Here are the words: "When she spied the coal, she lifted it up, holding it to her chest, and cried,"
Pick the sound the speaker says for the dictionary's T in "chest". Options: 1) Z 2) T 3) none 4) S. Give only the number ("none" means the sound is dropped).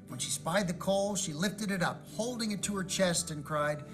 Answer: 2